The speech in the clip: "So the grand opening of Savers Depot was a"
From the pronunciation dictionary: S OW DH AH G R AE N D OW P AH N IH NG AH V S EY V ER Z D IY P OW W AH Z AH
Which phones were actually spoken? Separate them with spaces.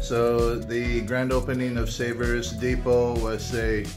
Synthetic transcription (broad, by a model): S OW DH AH G R AE N D OW P AH N IH NG AH V S EY V ER Z D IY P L W AH Z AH